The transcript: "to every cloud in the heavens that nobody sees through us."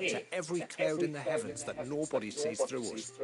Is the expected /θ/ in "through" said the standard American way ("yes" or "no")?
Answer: yes